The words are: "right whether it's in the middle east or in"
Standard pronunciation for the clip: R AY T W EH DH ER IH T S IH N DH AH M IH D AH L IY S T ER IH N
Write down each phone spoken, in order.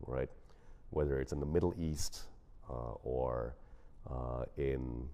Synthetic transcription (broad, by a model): R AY T W EH DH ER IH T S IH N DH AH M IH D L IY S T ER IH N